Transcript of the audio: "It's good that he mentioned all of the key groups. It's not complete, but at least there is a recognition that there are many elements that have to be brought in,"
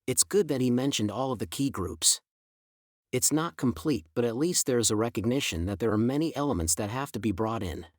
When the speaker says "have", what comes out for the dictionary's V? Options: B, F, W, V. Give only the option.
F